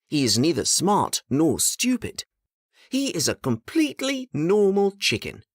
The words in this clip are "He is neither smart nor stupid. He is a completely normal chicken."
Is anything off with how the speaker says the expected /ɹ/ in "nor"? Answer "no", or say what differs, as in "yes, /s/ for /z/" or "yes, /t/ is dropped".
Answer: no